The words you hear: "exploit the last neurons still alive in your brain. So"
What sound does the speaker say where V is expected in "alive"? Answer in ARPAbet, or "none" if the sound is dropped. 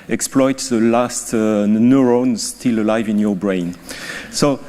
V